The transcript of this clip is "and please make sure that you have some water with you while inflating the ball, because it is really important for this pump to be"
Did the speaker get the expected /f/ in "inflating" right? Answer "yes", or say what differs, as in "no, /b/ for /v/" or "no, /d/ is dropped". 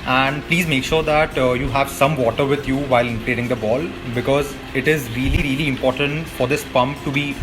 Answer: no, /p/ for /f/